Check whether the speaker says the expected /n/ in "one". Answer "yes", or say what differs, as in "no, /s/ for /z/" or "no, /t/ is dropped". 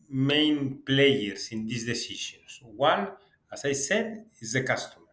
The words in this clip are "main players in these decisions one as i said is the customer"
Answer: no, /l/ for /n/